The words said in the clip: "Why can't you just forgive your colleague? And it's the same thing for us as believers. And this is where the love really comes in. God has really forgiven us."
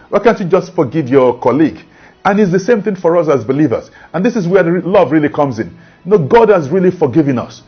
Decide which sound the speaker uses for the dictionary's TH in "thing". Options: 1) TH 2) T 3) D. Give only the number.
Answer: 1